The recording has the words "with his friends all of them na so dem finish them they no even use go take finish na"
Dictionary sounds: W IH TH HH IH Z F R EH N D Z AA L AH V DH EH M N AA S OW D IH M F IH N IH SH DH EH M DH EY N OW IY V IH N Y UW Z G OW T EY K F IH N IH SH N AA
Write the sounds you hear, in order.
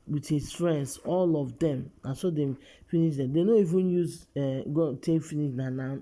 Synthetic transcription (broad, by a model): W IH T HH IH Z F R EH N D S AA L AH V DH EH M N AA S OW D IH M F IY N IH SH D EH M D EY N OW IY V IH N Y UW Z G OW T EY K F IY N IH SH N AA